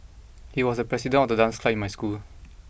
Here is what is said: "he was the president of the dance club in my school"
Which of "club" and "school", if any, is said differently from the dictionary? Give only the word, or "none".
club